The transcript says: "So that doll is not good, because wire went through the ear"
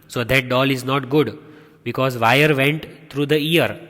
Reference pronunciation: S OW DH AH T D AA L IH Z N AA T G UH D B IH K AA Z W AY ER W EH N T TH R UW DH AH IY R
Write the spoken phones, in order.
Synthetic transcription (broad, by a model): S OW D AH T D AA L IH Z N AA T G UH D B IH K AA Z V AY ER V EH N T T R UW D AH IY R